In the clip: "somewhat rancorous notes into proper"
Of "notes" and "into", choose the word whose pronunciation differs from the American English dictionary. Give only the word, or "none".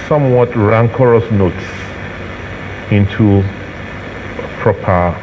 none